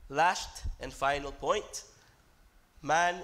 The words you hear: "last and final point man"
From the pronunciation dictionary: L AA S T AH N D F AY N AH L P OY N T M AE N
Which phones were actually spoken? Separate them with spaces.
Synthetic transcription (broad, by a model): L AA S T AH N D F AY N AH L P OY N T M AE N